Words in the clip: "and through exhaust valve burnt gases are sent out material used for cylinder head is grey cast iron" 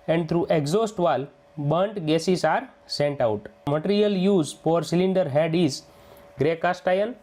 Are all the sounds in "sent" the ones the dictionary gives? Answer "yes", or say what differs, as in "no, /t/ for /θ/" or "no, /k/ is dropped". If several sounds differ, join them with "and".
yes